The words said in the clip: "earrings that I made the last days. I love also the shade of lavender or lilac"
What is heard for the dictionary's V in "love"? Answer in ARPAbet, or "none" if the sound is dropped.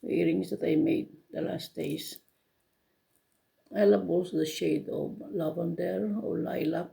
B